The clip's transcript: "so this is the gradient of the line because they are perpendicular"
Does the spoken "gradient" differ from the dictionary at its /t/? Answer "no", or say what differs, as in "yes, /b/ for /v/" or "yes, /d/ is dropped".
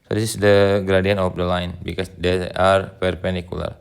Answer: yes, /t/ is dropped